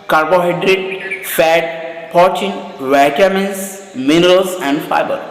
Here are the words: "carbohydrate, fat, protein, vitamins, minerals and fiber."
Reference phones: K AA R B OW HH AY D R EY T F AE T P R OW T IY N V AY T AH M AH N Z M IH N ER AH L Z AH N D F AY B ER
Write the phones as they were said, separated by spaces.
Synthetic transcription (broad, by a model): K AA R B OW HH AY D R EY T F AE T P OW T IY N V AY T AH M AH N S M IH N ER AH L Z AH N D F AY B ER